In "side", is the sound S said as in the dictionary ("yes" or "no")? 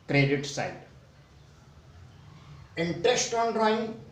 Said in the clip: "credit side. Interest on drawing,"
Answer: yes